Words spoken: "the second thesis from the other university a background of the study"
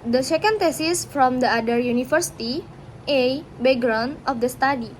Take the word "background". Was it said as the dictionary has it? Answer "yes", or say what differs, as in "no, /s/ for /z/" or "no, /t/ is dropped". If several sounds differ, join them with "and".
no, /k/ is dropped